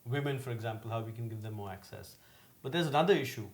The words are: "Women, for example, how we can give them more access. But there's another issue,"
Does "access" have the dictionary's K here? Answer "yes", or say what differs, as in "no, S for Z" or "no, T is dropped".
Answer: yes